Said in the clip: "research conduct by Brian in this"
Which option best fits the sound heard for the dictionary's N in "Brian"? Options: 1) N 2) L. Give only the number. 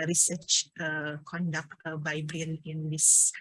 2